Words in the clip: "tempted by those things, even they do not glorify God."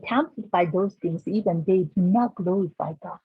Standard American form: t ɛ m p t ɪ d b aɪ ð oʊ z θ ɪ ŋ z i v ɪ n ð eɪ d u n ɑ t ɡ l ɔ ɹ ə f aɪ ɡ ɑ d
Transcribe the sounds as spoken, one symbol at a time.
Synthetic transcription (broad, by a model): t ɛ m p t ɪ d b aɪ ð oʊ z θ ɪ ŋ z i v ɪ n ð eɪ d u n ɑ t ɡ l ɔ ə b aɪ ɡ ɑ